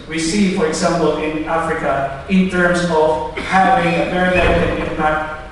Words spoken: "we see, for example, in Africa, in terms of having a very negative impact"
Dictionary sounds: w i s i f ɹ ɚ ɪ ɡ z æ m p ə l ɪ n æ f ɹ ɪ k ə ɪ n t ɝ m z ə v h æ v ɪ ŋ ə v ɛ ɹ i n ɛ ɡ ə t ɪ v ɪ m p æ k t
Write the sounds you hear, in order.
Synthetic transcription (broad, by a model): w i s i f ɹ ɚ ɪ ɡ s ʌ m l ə n ɪ n æ f ɹ ɪ k ə ɪ n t ɝ m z ə v h æ v ɪ ŋ ə v ɛ ɹ i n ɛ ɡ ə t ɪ ɪ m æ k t